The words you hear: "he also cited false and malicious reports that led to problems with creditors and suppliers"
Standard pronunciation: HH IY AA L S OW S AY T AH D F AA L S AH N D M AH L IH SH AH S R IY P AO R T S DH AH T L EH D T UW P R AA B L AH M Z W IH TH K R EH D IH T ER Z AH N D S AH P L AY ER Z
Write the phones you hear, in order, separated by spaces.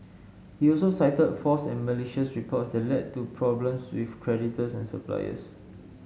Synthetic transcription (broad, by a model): HH IY AA L S OW S AY T AH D F AA S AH N M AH L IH SH AH S R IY P AO T S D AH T L EH D T UW P R AA B L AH M S W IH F K R EH D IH T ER S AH N S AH P L AY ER S